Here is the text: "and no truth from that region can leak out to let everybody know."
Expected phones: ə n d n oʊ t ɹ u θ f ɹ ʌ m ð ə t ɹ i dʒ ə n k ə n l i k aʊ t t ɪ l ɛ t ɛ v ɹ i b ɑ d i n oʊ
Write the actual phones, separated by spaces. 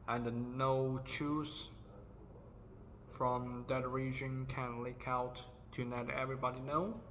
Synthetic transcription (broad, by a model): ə n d n oʊ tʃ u s f ɹ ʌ m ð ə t ɹ i dʒ ə n k ə n l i k aʊ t t ɪ n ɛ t ɛ v ɹ i b ɑ d i n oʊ